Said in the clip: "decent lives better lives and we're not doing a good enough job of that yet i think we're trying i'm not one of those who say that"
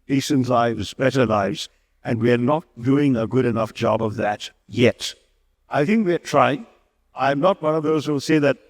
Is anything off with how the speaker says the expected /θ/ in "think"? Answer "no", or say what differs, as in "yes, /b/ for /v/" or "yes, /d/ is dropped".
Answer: no